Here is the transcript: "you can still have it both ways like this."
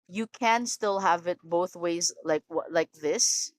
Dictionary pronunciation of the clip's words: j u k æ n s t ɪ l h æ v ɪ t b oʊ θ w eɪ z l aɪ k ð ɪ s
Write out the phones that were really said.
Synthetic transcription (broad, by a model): j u k æ n s t ɪ l h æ v ɪ t b oʊ θ w eɪ z l aɪ k ð ɪ s